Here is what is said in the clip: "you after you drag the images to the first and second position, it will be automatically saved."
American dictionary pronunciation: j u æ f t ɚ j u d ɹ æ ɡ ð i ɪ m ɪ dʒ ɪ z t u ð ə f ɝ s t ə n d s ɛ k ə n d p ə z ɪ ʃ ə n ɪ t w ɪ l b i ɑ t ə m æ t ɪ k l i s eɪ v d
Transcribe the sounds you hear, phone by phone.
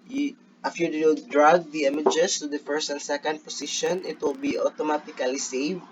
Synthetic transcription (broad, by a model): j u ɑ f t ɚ j u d ɹ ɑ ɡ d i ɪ m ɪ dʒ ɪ s t u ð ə f ɝ s t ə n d s ɛ k ə n d p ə s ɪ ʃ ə n ɪ t w ɪ l b i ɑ t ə m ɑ t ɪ k l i s eɪ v